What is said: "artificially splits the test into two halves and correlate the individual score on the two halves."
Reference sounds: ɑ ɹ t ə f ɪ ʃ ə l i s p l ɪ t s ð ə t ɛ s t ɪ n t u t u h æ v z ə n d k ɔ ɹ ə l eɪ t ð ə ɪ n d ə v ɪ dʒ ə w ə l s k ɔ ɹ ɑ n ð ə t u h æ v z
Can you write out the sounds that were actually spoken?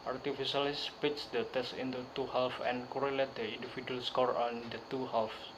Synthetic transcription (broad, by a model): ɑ ɹ t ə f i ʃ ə l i s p ɪ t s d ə t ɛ s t ɪ n t u t u h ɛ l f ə n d k ɔ ɹ ə l eɪ t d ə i n d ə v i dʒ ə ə l s k ɔ ɹ ɑ n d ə t u h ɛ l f